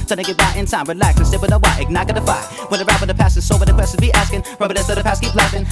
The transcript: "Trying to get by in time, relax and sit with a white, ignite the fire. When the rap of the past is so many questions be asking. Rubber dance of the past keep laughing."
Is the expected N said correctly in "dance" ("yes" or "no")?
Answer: no